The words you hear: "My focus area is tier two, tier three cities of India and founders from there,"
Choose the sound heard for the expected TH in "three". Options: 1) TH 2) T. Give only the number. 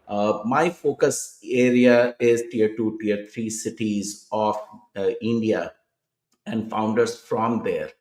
2